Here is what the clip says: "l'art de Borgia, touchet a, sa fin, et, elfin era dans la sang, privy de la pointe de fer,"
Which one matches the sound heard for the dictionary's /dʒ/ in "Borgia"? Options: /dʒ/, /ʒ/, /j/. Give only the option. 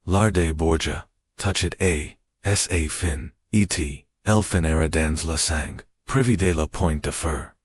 /dʒ/